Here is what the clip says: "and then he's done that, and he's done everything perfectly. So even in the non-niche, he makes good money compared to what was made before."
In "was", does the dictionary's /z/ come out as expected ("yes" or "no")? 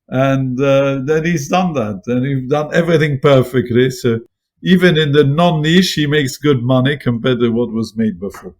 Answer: yes